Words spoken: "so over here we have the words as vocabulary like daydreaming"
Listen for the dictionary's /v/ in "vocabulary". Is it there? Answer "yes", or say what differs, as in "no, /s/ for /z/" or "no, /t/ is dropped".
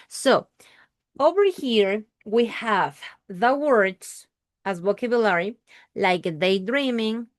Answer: no, /w/ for /v/